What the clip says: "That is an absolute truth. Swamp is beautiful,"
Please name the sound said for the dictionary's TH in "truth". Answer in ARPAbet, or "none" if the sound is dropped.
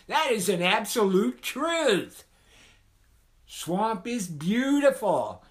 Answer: TH